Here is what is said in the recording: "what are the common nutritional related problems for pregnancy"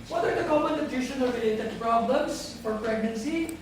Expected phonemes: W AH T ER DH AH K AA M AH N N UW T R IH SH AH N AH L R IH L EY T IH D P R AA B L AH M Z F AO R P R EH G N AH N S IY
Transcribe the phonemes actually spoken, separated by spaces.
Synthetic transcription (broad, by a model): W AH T ER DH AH K AA M AH N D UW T IH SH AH N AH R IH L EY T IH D P R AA B L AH M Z F AO R P R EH G N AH N S IY